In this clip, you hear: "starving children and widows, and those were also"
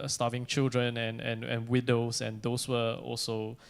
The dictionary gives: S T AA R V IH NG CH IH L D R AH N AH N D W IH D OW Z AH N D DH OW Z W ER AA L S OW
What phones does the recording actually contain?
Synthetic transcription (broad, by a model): S T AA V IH NG CH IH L D R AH N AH N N W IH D OW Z AH N D OW S W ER AA L S OW